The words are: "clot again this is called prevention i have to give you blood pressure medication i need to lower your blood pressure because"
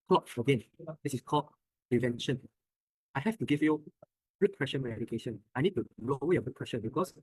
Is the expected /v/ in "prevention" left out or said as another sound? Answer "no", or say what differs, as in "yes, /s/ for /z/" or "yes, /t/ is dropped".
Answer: no